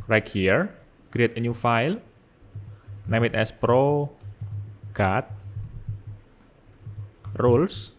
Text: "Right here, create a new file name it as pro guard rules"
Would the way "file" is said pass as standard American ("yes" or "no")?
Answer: yes